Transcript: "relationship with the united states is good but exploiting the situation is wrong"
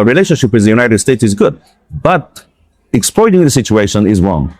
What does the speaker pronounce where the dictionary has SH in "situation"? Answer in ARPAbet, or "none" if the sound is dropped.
SH